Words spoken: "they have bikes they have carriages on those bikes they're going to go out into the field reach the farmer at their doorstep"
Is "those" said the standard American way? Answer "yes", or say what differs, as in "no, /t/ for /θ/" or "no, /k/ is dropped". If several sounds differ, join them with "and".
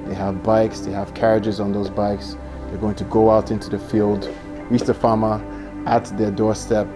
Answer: yes